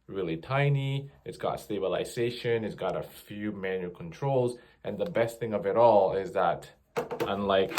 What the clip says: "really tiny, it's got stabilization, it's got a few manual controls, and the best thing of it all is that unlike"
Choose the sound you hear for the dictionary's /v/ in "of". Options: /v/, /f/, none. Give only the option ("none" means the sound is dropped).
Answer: /v/